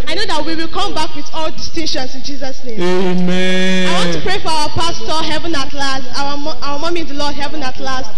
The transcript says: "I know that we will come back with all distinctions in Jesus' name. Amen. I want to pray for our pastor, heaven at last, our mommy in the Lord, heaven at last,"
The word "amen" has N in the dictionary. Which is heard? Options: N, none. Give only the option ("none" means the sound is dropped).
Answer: none